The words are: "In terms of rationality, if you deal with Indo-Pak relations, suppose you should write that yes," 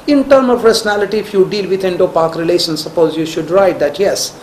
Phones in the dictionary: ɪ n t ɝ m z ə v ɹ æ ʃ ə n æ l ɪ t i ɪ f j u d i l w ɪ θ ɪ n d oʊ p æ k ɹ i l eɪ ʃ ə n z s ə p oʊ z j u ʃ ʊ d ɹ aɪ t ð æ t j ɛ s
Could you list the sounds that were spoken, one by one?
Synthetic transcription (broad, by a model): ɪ n t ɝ m ə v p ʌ s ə n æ l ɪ t i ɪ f j u d i l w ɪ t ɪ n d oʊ p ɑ k ɹ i l eɪ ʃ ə n s ə p oʊ z j u ʃ ʊ d ɹ aɪ t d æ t j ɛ s